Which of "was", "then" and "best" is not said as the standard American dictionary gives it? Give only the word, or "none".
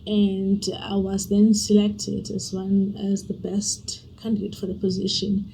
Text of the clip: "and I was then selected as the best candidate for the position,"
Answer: none